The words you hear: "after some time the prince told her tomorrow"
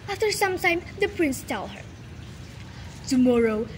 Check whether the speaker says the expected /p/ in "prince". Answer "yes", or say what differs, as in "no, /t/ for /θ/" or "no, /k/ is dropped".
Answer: yes